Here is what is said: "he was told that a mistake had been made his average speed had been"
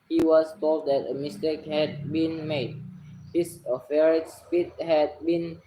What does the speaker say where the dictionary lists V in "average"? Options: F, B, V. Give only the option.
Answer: F